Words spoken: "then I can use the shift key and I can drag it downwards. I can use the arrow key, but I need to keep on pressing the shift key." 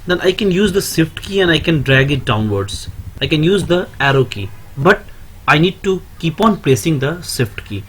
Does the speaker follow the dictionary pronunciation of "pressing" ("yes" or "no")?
no